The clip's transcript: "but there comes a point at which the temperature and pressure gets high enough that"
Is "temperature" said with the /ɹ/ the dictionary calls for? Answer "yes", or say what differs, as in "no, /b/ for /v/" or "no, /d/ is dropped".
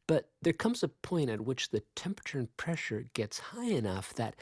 yes